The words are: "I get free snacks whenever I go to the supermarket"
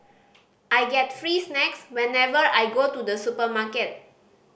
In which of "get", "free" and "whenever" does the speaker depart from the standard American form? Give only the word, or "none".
none